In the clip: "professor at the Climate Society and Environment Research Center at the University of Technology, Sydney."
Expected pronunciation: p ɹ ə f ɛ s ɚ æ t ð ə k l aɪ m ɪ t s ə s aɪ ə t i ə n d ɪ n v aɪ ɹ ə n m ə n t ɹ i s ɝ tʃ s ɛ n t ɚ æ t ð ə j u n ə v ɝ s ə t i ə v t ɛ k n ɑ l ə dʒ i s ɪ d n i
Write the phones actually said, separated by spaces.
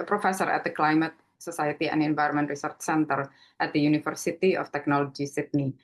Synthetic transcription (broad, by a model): p ɹ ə f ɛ s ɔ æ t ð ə k l aɪ m ɪ t s ə s aɪ ə t i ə n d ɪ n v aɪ ɹ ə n m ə n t ɹ i s ɝ tʃ s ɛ n t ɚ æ t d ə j u n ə f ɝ s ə t i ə f t ɛ k n ɑ l ə dʒ i s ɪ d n i